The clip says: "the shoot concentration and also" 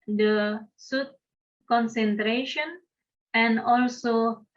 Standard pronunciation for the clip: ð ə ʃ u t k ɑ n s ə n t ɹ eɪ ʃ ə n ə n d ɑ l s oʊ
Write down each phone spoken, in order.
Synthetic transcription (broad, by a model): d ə s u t k ɑ n s ə n t ɹ eɪ ʃ ə n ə n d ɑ l s oʊ